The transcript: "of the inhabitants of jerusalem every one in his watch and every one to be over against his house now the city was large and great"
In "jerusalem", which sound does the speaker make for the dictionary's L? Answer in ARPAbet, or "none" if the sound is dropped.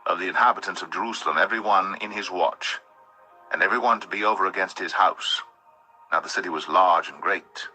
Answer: L